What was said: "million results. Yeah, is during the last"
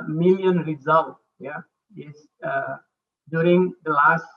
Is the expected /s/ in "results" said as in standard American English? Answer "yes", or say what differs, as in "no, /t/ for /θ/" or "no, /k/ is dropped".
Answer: no, /s/ is dropped